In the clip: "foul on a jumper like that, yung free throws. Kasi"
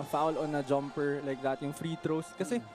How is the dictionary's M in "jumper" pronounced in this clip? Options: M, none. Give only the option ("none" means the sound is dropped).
M